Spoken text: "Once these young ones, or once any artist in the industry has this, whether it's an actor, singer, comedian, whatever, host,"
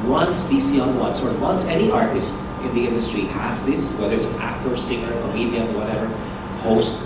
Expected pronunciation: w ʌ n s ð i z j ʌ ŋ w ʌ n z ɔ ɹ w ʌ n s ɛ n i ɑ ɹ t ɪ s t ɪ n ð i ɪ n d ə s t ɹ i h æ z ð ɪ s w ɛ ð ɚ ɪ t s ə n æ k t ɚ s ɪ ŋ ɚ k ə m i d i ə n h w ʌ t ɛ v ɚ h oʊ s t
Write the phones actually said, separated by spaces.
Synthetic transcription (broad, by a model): w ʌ n s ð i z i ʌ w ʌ n s ɔ ɹ w ʌ n s ɛ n i ɑ ɹ t ɪ s t ɪ n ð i ɪ n d ə s t ɹ i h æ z ð ɪ s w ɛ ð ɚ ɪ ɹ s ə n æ k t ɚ s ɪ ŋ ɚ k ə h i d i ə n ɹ w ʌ t ɛ v ɚ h oʊ s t